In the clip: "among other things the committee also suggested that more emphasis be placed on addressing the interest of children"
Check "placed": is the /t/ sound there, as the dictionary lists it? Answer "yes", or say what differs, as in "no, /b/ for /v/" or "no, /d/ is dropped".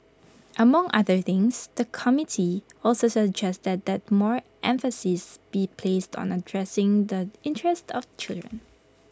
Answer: yes